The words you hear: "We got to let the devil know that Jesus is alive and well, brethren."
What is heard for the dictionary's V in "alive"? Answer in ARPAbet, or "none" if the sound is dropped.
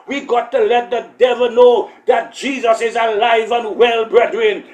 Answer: V